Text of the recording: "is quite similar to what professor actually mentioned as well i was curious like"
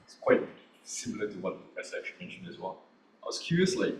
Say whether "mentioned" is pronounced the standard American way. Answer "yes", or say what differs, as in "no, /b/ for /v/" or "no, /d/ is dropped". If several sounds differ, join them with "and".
yes